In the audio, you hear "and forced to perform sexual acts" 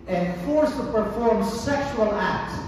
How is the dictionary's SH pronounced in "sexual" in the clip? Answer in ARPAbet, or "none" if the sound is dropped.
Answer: SH